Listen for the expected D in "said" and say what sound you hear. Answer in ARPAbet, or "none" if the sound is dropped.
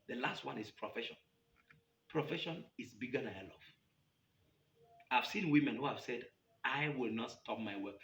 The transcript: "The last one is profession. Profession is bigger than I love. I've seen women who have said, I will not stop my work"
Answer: D